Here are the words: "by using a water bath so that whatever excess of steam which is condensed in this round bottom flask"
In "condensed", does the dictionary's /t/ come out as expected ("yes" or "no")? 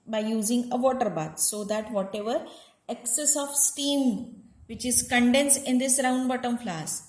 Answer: no